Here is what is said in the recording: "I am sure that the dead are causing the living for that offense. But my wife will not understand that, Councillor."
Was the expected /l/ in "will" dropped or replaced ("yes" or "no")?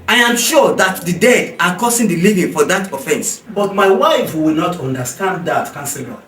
yes